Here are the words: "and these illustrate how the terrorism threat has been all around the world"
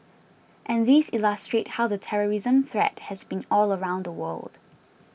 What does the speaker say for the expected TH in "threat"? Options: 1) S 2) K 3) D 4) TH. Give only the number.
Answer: 4